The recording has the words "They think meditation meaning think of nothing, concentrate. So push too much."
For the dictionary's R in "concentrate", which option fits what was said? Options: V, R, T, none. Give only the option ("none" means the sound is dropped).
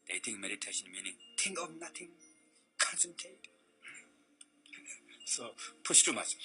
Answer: none